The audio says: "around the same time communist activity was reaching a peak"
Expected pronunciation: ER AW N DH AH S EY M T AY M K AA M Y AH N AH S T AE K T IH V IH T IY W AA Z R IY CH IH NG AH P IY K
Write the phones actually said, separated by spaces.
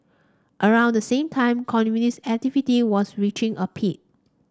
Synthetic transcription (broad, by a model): ER AW N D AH S EY M T AY M K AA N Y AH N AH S AE K T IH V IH T IY W AA S R IY CH IH NG AH P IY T